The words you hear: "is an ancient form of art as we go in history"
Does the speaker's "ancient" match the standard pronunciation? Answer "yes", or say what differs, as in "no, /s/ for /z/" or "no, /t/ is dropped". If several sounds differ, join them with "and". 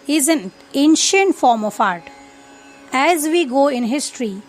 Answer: yes